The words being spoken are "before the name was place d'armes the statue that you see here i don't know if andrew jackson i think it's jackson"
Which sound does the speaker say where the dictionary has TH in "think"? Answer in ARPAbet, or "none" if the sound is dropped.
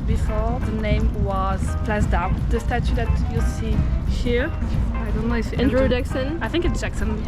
TH